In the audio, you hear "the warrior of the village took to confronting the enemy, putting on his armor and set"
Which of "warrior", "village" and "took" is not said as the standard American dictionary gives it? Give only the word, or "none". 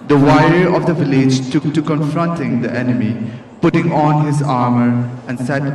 warrior